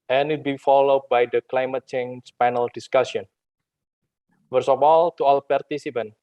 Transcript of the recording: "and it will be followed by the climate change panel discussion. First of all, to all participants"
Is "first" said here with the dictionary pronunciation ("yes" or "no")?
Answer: no